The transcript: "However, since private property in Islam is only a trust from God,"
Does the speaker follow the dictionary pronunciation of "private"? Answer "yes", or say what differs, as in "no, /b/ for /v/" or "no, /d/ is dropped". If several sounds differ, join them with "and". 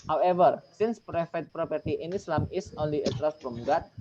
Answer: no, /f/ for /v/